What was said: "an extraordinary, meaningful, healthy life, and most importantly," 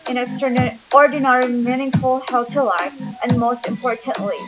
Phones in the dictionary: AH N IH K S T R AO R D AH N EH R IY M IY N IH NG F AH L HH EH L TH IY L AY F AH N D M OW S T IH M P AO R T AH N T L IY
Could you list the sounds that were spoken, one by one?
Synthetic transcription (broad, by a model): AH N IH K S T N AO R D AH N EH R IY M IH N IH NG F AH L HH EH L T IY L AY F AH N M OW S T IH M P AO R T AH N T L IY